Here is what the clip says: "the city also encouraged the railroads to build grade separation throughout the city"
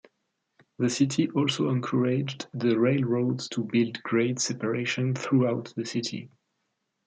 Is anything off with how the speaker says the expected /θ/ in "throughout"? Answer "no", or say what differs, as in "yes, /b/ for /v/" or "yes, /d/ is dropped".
no